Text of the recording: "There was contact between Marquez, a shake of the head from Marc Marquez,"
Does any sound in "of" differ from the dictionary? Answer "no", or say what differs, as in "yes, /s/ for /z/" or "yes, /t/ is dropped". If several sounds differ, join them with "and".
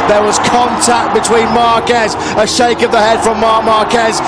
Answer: no